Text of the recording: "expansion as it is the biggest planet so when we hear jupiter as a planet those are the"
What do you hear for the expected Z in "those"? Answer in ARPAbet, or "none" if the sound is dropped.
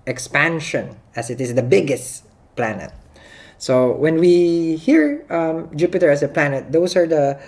S